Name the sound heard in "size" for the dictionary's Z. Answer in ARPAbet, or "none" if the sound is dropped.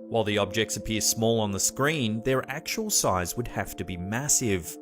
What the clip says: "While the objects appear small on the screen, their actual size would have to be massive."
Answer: Z